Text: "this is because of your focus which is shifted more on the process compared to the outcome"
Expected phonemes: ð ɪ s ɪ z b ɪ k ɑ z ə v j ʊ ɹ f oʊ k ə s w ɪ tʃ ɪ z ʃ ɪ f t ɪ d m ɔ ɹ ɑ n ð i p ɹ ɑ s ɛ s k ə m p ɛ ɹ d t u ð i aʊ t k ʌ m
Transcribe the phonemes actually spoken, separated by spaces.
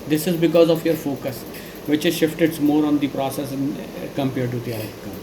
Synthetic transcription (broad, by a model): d ɪ s ɪ z b ɪ k ɑ z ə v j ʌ ɹ f oʊ k ə s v ɪ tʃ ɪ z ʃ ɪ f t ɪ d m ɔ ɹ ɑ n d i p ɹ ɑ s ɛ s k ə m p ɛ ɹ d t u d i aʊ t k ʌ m